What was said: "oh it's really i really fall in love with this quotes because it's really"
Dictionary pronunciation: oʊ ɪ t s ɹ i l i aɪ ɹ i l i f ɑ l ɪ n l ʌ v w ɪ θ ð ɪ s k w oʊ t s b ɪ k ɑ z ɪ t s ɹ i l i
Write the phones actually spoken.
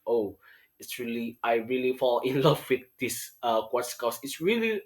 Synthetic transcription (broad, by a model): oʊ ɪ t s ɹ i l i aɪ ɹ i l i f ɑ l ɪ n l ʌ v w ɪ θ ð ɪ s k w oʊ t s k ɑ s ɪ t s ɹ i l i